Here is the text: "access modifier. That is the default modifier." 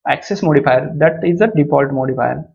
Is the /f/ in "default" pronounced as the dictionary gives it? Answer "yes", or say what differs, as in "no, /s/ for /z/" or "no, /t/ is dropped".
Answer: no, /p/ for /f/